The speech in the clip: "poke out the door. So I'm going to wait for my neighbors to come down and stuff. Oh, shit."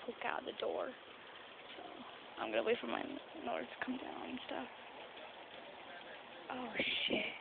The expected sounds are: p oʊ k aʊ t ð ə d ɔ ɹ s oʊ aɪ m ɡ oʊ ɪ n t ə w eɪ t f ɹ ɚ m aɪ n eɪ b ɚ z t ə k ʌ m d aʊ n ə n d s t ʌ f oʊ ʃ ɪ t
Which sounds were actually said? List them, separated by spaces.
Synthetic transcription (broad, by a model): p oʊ k aʊ t ð ə d ɔ ɹ s oʊ aɪ m ɡ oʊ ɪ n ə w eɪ f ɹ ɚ m aɪ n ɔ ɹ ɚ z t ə k ʌ m d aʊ ə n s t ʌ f oʊ ʃ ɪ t